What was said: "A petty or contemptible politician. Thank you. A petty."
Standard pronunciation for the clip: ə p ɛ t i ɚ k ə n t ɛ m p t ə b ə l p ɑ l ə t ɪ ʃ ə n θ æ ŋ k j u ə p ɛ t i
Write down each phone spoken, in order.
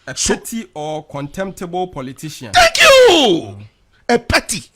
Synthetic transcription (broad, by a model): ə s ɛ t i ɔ k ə n t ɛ m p t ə b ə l p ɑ l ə t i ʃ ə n t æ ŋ k j u ə p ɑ t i